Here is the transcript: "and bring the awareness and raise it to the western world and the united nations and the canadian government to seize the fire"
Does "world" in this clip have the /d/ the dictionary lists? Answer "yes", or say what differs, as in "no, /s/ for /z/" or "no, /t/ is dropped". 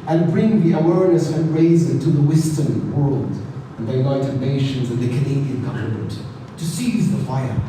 yes